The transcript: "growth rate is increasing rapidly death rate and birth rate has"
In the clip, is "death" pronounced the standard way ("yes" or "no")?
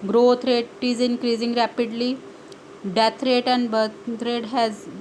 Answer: no